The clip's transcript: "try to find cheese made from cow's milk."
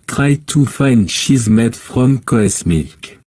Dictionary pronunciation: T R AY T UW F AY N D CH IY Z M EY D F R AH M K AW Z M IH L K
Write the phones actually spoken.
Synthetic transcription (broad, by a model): T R AY T UW F AY N D SH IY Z M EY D F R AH M K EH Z M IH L K